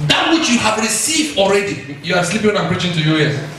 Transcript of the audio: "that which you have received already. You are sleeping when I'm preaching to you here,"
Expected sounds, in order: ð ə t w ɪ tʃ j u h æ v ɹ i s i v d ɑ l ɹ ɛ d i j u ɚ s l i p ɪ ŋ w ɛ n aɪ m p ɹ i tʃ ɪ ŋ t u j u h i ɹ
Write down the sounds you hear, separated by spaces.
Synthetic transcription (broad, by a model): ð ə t w ɪ tʃ j u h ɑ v ɹ i s i v d ɑ l ɹ ɛ d i j u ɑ s l i p ɪ ŋ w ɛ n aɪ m p ɹ i tʃ ɪ ŋ t u j u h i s